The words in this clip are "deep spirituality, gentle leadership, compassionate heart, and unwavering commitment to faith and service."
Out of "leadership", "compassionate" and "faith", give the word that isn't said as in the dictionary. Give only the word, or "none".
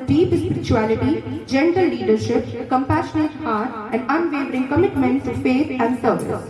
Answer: faith